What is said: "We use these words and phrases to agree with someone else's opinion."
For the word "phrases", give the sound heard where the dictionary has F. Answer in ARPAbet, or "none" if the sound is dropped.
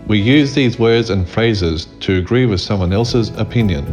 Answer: F